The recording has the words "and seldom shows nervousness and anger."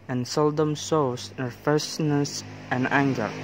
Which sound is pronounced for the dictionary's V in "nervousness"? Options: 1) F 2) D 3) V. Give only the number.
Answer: 1